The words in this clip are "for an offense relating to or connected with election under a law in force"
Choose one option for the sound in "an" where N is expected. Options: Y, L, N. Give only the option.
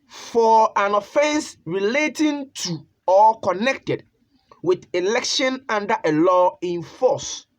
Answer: N